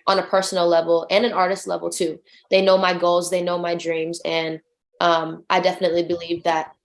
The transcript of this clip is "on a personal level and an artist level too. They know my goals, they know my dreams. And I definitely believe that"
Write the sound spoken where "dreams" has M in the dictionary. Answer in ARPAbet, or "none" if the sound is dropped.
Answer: M